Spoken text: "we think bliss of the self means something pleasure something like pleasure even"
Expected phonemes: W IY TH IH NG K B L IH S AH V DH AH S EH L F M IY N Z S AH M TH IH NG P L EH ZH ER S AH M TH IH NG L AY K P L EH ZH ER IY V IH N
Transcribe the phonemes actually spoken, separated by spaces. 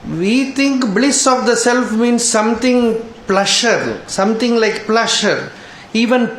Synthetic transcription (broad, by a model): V IY T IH NG K B L IH S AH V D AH S EH L F M IY N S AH M T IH NG P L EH SH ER S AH M T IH NG L AY K P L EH SH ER IY V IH N